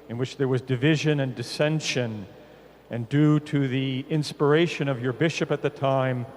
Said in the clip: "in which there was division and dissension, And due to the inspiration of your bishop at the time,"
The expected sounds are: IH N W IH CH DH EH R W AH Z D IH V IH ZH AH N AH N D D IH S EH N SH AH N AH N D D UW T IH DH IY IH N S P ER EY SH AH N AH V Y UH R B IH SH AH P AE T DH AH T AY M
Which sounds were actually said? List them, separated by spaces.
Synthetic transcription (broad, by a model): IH N W IH CH DH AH R W AH Z D IH V IH ZH AH N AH N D D IH S EH N SH AH N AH N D D UW T IH DH IY IH N S P ER EY SH AH N AH V Y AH R B IH SH AH P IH T DH AH T AY M